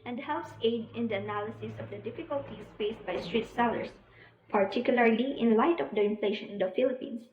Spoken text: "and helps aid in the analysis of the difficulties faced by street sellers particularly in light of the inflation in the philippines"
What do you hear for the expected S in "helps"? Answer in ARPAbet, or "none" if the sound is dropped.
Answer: S